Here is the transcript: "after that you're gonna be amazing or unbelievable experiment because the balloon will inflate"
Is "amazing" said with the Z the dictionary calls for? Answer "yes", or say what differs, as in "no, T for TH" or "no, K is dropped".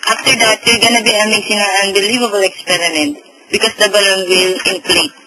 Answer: no, S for Z